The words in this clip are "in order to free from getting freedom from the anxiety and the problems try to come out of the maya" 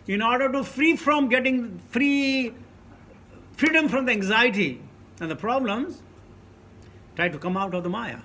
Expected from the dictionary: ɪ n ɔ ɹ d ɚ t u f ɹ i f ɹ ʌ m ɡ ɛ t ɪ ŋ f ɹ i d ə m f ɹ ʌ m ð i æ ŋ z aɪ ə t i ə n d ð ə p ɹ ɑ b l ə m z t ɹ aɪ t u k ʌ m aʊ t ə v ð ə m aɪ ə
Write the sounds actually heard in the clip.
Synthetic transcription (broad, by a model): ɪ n ɔ ɹ d ɚ t u f ɹ i f ɹ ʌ m ɡ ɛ t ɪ ŋ f ɹ i d ə m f ɹ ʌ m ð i æ ŋ z aɪ ə t i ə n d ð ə p ɹ ɑ b l ə m z t ɹ aɪ t u k ʌ m aʊ t ə v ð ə m aɪ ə